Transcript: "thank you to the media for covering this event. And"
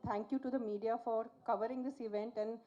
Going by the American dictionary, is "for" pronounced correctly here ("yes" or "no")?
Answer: yes